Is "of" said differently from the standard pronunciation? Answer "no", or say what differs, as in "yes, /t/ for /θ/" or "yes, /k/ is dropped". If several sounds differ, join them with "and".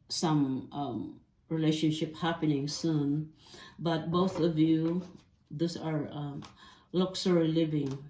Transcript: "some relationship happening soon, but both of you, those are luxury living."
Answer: no